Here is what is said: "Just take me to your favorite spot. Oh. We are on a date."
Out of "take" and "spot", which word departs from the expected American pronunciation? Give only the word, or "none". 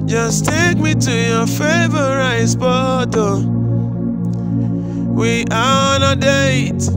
spot